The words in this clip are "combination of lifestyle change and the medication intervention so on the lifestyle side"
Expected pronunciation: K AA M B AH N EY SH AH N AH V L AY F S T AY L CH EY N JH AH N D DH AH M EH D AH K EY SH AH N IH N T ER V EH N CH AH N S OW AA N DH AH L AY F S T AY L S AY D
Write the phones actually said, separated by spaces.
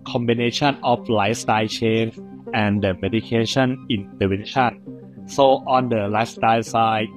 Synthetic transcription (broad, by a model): K AA M B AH N EY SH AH N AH F L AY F S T AY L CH EY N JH AH N D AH M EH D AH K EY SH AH N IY N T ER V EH N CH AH N S OW AA N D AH L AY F S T AY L S AY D